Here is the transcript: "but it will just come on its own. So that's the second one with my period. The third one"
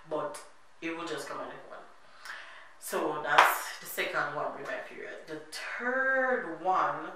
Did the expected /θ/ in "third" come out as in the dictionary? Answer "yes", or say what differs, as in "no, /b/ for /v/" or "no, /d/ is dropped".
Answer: no, /t/ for /θ/